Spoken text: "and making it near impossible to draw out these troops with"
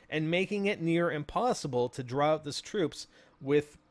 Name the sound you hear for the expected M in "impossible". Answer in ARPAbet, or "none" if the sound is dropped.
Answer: M